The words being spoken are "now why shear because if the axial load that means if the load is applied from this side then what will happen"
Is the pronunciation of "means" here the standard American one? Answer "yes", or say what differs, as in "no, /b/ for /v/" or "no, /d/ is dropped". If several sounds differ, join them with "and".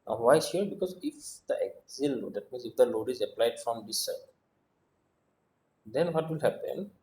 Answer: yes